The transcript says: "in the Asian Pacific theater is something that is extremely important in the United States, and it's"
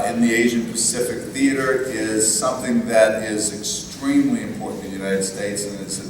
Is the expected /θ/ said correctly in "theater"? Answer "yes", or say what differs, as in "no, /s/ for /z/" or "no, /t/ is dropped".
yes